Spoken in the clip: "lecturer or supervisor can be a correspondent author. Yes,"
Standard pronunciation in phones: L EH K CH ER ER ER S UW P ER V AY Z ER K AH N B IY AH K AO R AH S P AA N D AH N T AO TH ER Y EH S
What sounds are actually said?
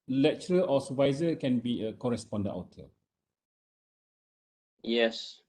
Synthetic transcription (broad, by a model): L EH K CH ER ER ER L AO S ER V AY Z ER K AH N B IY AH K AO R AH S P AA N D AH N T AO T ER Y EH S